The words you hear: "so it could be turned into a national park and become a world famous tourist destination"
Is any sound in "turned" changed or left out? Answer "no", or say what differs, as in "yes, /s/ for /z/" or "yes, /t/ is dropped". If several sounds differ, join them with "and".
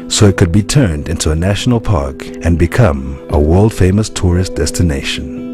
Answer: no